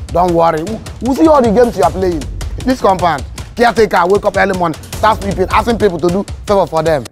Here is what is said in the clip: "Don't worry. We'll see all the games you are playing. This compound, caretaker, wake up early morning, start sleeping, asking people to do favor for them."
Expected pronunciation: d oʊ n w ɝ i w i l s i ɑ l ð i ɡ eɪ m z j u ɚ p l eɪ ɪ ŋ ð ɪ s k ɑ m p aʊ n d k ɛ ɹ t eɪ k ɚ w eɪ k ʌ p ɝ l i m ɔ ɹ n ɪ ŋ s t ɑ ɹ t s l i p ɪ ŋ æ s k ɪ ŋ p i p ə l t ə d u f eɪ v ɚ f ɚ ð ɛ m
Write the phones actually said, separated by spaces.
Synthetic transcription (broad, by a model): d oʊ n w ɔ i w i s i ɑ l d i ɡ eɪ m s j u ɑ p l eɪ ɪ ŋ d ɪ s k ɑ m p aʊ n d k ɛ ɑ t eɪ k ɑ w eɪ k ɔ p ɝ l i m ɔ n s t ɑ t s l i p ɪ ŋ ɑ s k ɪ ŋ p i p ə l t ə d u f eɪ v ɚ f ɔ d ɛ m